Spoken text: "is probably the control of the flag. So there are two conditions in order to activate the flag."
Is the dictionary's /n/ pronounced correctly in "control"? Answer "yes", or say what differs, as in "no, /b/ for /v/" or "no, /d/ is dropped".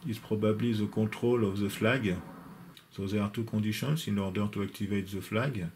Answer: no, /n/ is dropped